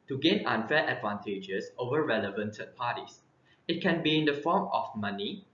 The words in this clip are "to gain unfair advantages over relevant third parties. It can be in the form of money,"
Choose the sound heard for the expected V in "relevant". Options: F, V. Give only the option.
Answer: V